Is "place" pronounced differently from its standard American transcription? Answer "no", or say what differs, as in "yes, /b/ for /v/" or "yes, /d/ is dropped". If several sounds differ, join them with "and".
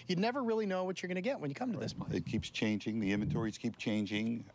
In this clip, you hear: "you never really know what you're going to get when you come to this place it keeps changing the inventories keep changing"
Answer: yes, /l/ is dropped and /s/ is dropped